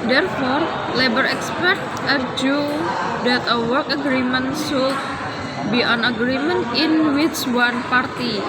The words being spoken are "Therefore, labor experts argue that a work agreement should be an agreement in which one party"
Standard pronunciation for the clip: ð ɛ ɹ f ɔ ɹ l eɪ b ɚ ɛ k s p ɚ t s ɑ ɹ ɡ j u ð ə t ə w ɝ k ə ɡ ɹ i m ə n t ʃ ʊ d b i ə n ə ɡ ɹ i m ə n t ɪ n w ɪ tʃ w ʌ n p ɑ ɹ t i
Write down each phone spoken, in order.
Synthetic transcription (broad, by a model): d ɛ ɹ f ɔ ɹ l eɪ b ɚ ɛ k s p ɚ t ɑ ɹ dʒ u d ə t ə w ɝ k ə ɡ ɹ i m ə n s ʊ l b i ə n ə ɡ ɹ i m ə n t ɪ n w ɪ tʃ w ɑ n p ɑ ɹ t i